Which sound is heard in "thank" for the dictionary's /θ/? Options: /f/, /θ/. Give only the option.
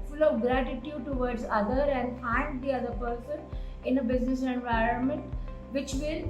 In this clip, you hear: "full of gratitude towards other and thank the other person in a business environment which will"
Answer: /f/